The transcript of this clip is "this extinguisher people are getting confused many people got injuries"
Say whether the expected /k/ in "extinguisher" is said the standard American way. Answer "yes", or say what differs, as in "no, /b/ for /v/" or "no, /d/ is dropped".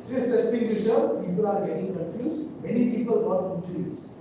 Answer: no, /k/ is dropped